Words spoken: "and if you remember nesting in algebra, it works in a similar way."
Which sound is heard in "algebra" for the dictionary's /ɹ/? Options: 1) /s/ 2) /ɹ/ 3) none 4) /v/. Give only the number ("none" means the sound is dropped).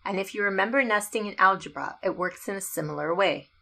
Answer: 2